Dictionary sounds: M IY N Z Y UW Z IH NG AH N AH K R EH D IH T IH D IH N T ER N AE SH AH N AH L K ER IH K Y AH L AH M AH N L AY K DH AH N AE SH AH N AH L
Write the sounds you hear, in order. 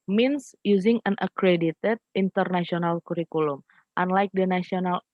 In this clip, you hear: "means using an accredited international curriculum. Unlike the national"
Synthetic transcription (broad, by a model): M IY N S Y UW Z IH NG AH N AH K R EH D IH T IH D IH N T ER N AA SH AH N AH L K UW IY K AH L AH M AH N L AY K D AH N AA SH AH N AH L